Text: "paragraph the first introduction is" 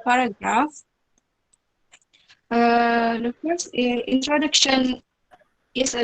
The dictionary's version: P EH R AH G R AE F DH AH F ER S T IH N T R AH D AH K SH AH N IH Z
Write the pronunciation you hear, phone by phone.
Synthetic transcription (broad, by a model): P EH R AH G R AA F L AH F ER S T IH N T R AH D AH K SH AH N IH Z